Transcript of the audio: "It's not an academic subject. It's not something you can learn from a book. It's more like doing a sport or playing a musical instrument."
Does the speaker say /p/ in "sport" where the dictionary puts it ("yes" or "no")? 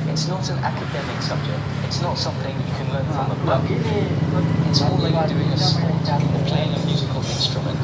no